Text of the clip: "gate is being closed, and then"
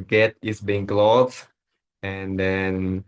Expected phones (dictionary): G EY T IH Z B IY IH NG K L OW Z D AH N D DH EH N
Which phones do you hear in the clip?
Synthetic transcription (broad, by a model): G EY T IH S B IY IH NG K L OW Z AH N D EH N